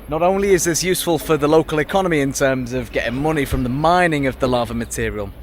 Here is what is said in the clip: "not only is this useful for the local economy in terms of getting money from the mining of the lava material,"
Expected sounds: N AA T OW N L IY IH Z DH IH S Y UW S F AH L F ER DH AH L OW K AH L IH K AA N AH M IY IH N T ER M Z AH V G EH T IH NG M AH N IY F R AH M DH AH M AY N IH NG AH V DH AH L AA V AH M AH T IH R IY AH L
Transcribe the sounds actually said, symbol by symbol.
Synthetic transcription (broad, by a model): N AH T OW N L IY IH Z DH IH S Y UW S F AH L F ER DH AH L OW K AH L IH K AA N AH M IY IH N T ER M Z AH V G EH T IH NG M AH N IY F R AH M DH AH M AY N IH NG AH V DH AH L AA V AH M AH T IH R IY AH L